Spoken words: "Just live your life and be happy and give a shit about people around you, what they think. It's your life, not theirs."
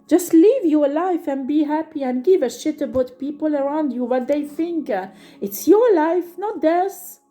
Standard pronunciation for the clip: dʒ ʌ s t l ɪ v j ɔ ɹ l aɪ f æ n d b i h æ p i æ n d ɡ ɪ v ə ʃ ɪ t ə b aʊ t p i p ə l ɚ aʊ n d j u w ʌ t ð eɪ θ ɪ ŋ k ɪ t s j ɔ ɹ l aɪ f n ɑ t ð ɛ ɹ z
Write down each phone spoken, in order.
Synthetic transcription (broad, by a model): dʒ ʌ s t l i v j ɔ ɹ l aɪ f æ n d b i h æ p i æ n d ɡ ɪ v ə ʃ ɪ t ə b aʊ t p i p ə l ɚ aʊ n d j u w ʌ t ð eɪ θ ɪ ŋ k ɪ t s j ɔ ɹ l aɪ f n ɑ t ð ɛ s